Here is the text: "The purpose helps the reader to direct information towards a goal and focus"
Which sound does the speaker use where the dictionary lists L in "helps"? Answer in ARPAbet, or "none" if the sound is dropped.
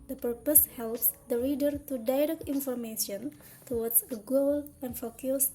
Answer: L